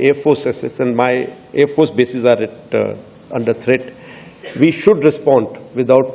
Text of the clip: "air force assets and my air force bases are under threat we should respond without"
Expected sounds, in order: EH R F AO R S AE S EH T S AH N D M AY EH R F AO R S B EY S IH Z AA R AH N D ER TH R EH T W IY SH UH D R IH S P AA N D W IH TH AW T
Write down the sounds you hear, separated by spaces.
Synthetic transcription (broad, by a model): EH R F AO S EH S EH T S AH N D M AY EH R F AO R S B EY S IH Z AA R AH N D ER T R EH T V IY SH UH D R IH S P AA N D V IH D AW T